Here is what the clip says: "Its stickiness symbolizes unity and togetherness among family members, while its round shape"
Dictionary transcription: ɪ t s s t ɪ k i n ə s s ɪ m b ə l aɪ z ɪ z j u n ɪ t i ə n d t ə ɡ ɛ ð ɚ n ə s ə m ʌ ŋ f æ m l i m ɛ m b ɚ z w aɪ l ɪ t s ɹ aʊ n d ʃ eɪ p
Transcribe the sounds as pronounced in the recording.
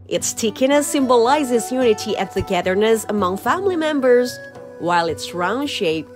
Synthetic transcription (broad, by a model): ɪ t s s t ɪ k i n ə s s ɪ m b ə l aɪ z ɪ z j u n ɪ t i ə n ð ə ɡ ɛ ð ɚ n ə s ə m ʌ ŋ f æ m l i m ɛ m b ɚ z w aɪ l ɪ t s ɹ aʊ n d ʃ eɪ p